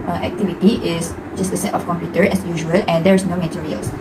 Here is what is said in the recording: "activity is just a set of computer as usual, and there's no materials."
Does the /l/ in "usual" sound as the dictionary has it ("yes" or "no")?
yes